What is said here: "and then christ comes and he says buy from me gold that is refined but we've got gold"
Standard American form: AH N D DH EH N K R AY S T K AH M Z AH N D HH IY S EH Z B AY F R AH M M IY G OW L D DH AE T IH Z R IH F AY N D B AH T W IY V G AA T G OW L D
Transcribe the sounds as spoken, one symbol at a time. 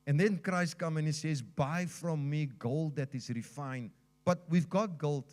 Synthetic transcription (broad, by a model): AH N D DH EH N K R AY S T K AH M AH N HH IY S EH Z B AY F R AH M M IY G OW L D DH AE T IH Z R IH F AY N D B AH T W IY V G AA T G OW L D